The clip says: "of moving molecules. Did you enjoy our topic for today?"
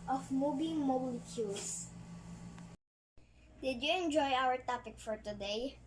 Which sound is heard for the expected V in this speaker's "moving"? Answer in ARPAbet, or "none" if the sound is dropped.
B